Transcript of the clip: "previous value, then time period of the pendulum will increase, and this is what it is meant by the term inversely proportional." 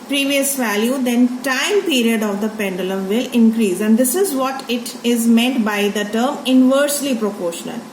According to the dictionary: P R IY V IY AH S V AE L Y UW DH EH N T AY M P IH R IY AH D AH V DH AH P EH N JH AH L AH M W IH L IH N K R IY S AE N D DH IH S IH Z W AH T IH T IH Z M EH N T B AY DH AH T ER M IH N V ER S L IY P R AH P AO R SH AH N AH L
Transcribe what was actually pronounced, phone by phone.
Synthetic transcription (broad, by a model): P R IY V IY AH S V AE L Y UW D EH N T AY M P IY R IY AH D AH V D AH P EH N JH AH L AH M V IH L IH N K R IY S AE N D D IH S IH Z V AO T IH T IH Z M EH N T B AY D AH T ER M IH N V ER S L IY P R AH P AO R SH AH N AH L